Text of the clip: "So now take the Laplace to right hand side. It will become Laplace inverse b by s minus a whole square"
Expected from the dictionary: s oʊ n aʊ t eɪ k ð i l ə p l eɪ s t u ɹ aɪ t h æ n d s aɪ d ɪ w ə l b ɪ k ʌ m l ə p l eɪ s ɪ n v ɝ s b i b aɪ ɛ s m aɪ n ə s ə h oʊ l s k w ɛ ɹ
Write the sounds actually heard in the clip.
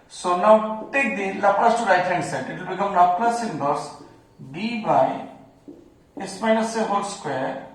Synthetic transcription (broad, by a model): s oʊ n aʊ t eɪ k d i l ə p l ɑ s t u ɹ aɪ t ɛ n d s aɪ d ɪ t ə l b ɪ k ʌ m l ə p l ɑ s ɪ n b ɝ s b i b aɪ ɛ s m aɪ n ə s ə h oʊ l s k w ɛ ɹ